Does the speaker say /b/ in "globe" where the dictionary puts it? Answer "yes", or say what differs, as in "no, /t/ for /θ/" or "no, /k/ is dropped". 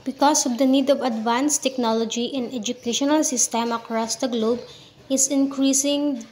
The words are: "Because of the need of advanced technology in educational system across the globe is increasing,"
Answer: yes